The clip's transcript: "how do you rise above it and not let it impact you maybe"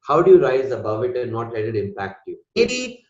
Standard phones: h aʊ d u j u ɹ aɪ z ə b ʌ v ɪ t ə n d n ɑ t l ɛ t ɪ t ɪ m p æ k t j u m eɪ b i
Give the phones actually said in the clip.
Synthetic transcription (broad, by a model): h aʊ d u j u ɹ aɪ z ə b ʌ v ɪ t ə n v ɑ t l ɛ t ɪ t ɪ m p æ k t j u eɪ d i